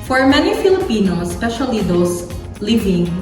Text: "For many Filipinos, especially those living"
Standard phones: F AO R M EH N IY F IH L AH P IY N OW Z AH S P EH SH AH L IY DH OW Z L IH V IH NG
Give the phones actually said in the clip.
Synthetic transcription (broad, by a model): F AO R M EH N IY F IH L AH P IY N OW AH S P EH SH AH L IY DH OW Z L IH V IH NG